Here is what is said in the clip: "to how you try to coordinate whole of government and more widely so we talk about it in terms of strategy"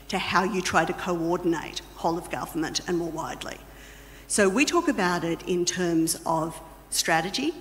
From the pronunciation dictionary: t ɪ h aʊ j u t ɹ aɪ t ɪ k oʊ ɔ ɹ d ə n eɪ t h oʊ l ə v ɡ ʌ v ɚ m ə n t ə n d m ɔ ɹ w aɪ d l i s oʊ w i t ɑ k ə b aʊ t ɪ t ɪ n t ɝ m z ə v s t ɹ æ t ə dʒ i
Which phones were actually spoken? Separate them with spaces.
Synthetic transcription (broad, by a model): t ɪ h aʊ j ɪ t ɹ aɪ t ɪ k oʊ ɔ ɹ d n eɪ t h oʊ l ə v ɡ ʌ v ɚ m ə n t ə n m ɔ ɹ w aɪ d l i s oʊ w i t ɑ k ə b aʊ t ɪ t ɪ n t ɝ m z ə v s t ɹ æ t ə dʒ i